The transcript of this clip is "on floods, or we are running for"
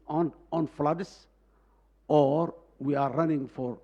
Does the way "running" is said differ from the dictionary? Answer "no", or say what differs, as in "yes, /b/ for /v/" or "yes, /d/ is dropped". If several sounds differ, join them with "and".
no